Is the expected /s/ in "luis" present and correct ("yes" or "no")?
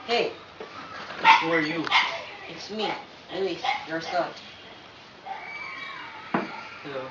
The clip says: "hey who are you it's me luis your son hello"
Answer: no